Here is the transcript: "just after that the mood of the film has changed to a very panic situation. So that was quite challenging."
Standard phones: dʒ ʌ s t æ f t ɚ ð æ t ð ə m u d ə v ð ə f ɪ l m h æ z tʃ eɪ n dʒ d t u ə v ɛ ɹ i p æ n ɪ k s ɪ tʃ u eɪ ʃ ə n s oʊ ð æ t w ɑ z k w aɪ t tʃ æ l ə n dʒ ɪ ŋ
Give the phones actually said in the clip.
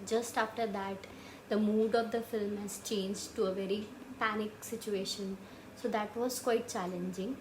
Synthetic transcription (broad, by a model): dʒ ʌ s t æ f t ɚ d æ t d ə m u d ə v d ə f ɪ l m h æ z tʃ eɪ n dʒ d t u ə v ɛ ɹ i p æ n ɪ k s ɪ tʃ u eɪ ʃ ə n s oʊ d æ t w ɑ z k w aɪ t tʃ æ l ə n dʒ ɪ ŋ